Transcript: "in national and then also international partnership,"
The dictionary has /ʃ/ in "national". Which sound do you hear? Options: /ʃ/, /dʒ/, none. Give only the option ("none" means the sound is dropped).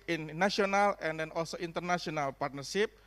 none